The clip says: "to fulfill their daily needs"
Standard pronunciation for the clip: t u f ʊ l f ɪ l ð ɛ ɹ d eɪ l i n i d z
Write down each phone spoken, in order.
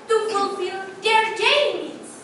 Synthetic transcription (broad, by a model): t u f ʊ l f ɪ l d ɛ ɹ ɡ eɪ i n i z